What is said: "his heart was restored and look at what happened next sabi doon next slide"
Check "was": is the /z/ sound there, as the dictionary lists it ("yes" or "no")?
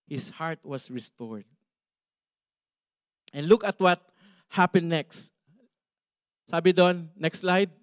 no